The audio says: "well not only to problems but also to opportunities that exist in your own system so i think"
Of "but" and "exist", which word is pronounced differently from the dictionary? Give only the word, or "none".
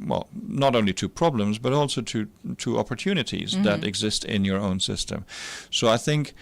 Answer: none